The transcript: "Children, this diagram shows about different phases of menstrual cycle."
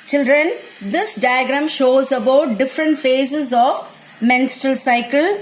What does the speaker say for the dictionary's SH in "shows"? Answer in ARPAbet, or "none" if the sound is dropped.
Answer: SH